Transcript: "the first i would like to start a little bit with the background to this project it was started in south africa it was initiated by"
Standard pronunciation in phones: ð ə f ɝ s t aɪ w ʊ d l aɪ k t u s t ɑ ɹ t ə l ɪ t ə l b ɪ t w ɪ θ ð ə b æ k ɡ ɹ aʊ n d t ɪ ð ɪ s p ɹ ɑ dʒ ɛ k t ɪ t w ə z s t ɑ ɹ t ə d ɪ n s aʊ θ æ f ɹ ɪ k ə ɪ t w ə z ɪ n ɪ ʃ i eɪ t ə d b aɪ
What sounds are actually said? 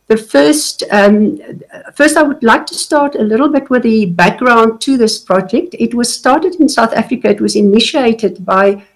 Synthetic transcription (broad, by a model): ð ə f ɝ s t aɪ w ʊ d l aɪ k t u s t ɑ ɹ t ə l ɪ t l b ɪ t w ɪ ð ə b æ k ɡ ɹ aʊ n d t ɪ ð ɪ s p ɹ ɑ dʒ ɛ k t ɪ t w ə z s t ɑ ɹ t ə d ɪ n s aʊ θ æ f ɹ ɪ k ə ɪ t w ə z ɪ n ɪ ʃ i eɪ t ə d b aɪ